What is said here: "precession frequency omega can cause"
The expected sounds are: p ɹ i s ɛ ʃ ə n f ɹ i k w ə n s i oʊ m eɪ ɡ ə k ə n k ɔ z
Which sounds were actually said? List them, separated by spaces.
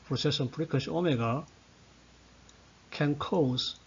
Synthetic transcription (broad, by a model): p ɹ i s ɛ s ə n p ɹ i k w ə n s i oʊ m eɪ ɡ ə k ə n k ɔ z